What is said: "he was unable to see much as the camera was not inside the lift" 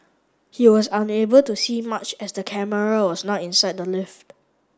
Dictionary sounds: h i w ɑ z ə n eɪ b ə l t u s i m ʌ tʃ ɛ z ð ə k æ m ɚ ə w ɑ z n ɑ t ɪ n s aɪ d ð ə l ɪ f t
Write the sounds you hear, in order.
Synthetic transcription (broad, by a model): h i w ɑ s ə n eɪ b ə l t u s i m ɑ tʃ ɛ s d ə k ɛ m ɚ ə w ɑ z n ɑ t ɪ n s aɪ d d ə l ɪ f t